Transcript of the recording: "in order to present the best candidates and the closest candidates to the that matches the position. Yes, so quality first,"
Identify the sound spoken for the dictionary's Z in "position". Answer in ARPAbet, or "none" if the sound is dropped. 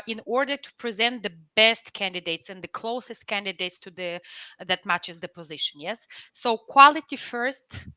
Z